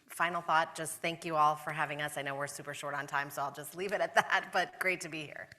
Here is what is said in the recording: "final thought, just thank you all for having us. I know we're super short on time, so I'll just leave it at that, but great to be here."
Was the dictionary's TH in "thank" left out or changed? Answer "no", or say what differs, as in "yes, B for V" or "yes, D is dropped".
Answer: no